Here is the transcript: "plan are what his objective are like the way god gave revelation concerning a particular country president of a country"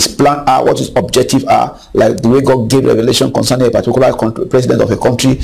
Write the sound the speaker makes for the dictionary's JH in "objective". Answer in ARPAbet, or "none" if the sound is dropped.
JH